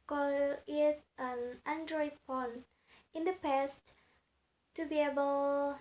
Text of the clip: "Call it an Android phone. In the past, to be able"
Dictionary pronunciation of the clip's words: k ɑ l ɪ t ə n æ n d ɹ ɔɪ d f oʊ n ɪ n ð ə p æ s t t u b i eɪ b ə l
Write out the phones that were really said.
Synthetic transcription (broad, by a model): k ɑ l ɪ t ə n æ n d ɹ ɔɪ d p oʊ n ɪ n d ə p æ s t t u b i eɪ b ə l